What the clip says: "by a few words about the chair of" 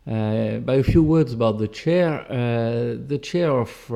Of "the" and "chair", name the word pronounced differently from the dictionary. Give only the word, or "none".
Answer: none